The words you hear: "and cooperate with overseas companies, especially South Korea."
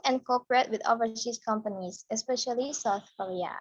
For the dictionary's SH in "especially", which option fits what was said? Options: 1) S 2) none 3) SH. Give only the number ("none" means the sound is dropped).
3